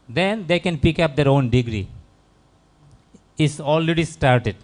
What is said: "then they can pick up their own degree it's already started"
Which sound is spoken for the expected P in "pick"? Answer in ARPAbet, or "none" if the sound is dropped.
P